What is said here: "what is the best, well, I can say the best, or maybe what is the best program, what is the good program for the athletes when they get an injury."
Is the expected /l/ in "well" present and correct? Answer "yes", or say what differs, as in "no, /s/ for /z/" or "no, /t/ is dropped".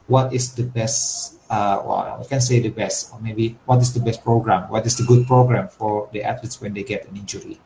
no, /w/ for /l/